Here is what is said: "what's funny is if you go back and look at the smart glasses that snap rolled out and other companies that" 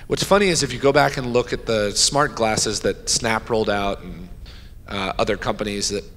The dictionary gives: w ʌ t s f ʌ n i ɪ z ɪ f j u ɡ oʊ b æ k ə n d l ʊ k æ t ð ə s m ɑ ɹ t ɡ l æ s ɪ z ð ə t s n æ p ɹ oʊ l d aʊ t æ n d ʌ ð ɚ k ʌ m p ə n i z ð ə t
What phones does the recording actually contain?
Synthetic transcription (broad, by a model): w ʌ t s f ʌ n i ɪ z ɪ f j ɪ ɡ oʊ b æ k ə n l ʊ k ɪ t ð ə s m ɑ ɹ t ɡ l æ s ɪ z ð ə t s n æ p ɹ oʊ l d aʊ t n ʌ ð ɚ k ʌ m p ə n i z ð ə t